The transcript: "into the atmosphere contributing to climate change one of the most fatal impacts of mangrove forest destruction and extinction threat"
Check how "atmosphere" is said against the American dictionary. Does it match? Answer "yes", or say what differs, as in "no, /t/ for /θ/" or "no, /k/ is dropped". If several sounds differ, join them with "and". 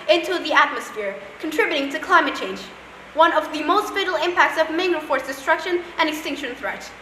yes